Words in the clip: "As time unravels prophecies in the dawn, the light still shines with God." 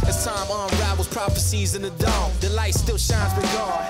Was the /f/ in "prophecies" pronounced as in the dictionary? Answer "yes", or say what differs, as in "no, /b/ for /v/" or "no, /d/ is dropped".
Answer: yes